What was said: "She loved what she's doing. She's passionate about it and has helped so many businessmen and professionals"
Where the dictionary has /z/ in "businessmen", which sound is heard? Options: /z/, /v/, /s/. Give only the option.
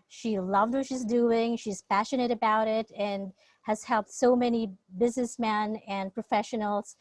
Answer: /z/